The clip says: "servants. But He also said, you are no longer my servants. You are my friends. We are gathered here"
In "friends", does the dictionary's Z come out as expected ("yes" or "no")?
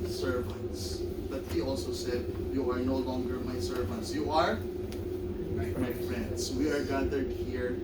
no